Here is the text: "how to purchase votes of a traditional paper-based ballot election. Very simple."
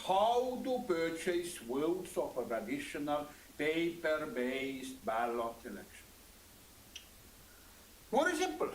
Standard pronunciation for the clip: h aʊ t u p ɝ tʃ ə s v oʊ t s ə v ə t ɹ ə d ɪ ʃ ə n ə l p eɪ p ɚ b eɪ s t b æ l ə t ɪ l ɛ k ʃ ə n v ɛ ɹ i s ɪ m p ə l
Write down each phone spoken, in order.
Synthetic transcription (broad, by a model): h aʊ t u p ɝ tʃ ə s w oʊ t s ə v ə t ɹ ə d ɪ ʃ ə n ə l p eɪ p ɚ b eɪ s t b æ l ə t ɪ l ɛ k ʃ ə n w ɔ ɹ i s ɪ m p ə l